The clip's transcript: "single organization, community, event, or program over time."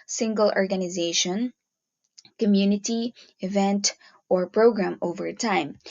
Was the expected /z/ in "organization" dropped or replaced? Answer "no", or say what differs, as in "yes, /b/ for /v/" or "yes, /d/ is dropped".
no